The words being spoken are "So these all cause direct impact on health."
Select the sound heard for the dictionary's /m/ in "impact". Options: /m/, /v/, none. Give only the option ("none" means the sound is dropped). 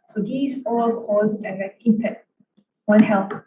none